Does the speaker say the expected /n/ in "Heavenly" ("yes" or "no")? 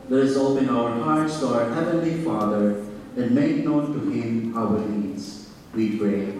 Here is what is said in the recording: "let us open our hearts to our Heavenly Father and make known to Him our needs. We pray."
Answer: yes